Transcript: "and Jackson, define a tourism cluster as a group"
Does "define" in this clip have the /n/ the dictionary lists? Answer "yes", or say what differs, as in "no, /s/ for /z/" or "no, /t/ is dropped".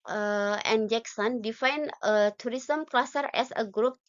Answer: yes